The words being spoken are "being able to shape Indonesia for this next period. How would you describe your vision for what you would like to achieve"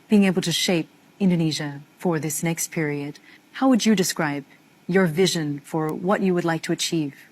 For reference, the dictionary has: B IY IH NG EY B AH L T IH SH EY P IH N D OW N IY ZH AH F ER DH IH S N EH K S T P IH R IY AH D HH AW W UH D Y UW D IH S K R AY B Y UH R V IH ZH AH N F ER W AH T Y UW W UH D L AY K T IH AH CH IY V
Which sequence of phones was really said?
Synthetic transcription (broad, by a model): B IY IH NG EY B L T IH SH EY P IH N D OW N IY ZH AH F ER DH IH S N EH K S T P IH R IY AH D HH AW W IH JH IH D IH S K R AY B Y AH R V IH ZH AH N F ER W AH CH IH W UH D L AY K T IH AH CH IY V